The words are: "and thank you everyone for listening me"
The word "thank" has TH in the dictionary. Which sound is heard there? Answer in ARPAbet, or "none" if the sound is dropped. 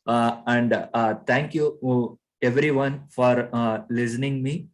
T